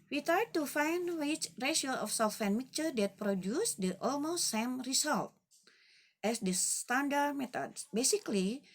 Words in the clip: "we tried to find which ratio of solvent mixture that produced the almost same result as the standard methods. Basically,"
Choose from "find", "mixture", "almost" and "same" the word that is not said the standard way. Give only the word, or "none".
mixture